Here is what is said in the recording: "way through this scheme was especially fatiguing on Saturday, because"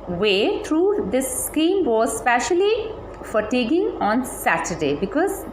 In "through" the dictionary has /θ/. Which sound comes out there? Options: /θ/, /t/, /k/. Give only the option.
/t/